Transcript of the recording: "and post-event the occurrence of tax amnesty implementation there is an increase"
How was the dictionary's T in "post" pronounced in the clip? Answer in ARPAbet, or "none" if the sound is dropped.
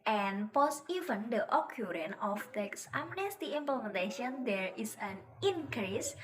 none